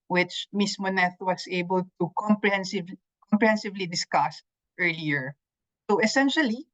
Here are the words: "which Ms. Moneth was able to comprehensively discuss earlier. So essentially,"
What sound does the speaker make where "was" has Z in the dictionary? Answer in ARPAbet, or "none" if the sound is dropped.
S